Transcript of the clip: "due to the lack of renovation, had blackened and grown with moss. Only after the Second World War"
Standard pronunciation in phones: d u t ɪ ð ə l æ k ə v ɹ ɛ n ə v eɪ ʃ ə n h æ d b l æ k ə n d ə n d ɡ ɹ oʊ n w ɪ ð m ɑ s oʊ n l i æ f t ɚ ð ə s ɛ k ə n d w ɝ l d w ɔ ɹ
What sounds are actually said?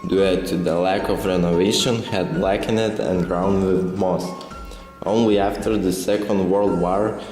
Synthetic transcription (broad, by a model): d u t ɪ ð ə l æ k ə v ɹ ɛ n ə v eɪ ʃ ə n h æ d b l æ k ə n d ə n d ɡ ɹ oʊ n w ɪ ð m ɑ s oʊ n l i æ f t ɚ ð ə s ɛ k ə n d w ɝ l d w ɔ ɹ